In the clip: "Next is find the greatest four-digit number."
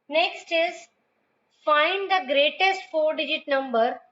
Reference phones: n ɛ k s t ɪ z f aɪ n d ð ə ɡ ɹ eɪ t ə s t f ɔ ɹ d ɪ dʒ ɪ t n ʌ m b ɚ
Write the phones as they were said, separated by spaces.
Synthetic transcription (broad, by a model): n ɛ k s t ɪ z f aɪ n d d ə ɡ ɹ eɪ t ə s t f ɔ ɹ d ɪ dʒ ɪ t n ʌ m b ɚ